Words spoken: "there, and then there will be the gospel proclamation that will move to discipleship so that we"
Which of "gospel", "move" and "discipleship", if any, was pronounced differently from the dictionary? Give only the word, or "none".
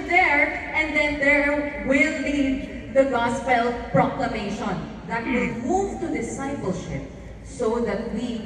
none